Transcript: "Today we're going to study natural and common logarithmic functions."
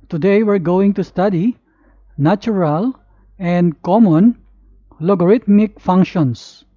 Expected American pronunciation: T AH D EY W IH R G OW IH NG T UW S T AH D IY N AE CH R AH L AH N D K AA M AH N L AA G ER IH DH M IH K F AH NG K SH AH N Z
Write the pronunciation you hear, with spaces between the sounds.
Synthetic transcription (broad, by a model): T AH D EY W IH R G OW IH NG T UW S T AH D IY N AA CH R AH L AH N D K AA M AH N L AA G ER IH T M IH K F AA NG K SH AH N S